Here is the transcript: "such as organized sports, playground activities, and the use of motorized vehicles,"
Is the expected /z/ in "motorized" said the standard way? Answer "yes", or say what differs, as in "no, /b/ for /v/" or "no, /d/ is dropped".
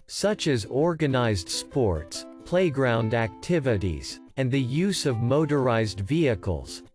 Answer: yes